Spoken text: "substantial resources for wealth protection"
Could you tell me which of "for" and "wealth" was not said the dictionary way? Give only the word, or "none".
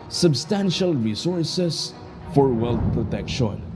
wealth